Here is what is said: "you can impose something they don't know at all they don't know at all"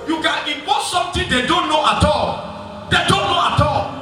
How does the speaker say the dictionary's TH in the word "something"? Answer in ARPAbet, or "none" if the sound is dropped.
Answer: T